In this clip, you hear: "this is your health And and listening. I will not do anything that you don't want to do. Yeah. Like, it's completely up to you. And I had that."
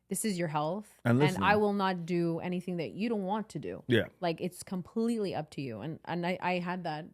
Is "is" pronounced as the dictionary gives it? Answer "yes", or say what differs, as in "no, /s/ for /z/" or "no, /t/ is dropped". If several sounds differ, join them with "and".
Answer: yes